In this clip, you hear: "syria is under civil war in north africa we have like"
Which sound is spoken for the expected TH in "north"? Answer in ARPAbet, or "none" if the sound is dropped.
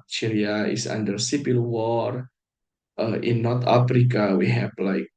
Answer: T